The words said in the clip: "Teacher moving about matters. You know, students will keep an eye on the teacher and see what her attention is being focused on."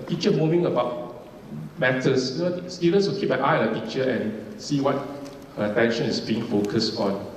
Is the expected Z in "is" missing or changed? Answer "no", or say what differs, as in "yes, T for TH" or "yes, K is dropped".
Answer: yes, S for Z